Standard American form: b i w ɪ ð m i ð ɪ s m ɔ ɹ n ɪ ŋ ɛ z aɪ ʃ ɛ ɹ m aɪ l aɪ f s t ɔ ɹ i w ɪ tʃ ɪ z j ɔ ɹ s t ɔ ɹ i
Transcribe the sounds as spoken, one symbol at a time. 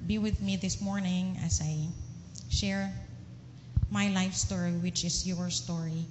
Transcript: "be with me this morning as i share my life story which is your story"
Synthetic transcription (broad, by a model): b i w ɪ ð m i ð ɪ s m ɔ ɹ n ɪ ŋ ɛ s aɪ ʃ ɛ ɹ m aɪ l aɪ f s t ɔ ɹ i w ɪ tʃ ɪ s j ɔ ɹ s t ɔ ɹ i